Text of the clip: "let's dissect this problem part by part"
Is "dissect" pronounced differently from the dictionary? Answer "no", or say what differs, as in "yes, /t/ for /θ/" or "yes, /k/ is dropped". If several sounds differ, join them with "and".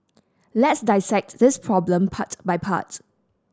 no